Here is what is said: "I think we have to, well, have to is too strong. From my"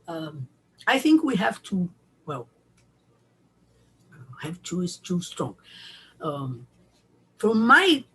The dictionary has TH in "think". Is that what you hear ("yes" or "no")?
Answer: yes